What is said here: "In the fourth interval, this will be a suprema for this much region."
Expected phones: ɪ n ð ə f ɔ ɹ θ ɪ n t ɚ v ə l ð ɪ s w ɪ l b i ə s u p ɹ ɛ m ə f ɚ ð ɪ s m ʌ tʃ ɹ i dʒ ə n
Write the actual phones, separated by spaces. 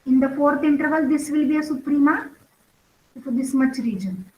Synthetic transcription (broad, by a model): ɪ n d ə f ɔ ɹ t ɪ n t ɚ v ə l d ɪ s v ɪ l b i ə s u p ɹ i m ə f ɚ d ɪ s m ʌ tʃ ɹ i dʒ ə n